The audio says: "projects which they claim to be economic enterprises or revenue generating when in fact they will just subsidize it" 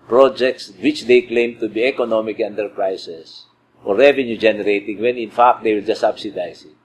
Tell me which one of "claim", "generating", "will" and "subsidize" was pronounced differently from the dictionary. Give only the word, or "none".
subsidize